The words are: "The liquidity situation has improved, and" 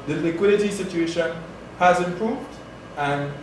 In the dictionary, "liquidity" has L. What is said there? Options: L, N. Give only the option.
L